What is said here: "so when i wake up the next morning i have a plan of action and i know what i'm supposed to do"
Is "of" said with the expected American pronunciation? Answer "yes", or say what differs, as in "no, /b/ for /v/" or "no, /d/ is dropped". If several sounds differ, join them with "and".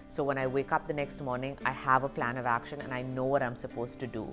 yes